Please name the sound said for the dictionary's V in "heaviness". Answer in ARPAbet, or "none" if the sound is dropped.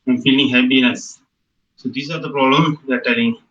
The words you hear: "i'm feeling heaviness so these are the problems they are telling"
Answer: P